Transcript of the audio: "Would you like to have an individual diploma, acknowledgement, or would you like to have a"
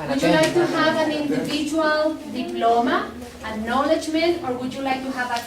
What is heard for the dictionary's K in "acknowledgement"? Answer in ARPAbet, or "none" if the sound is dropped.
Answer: none